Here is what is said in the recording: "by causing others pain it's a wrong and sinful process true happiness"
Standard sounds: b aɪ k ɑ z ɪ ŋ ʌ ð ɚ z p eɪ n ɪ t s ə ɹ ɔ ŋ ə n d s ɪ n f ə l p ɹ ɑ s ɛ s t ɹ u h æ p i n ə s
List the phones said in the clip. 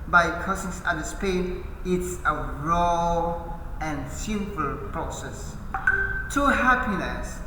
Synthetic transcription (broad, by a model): b aɪ k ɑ s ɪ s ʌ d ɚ s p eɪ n ɪ t s ə ɹ ɔ ŋ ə n s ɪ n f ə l p ɹ ɑ s ɛ s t u h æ p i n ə s